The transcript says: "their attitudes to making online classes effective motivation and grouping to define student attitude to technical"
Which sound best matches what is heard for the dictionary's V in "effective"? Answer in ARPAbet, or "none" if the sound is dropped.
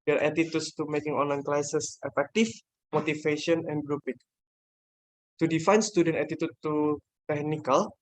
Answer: F